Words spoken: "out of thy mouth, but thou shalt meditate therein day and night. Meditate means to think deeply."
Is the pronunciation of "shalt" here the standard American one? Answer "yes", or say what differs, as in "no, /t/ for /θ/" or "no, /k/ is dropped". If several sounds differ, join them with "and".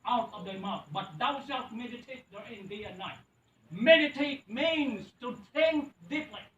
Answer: no, /s/ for /ʃ/